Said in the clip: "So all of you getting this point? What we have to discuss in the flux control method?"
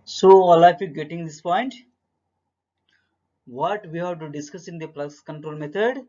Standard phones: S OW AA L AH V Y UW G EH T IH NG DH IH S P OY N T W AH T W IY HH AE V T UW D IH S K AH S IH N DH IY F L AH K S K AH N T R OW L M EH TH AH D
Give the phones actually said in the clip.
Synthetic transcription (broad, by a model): S OW AA L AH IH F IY G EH T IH NG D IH S P OY N T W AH T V IY HH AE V T UW D IH S K AH S IH N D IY P L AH S K AH N T R OW L M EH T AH D